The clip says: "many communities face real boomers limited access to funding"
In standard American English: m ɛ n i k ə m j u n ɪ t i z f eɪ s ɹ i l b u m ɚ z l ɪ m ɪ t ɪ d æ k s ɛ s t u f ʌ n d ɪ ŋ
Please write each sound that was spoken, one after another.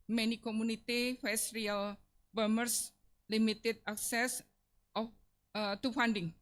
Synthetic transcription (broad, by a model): m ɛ n i k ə m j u n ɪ t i f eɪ s ɹ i l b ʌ m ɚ s l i m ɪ t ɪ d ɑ k s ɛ s t u f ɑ n d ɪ ŋ